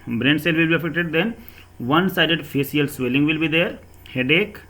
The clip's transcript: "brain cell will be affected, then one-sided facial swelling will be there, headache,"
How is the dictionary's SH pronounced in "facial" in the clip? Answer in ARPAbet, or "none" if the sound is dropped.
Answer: S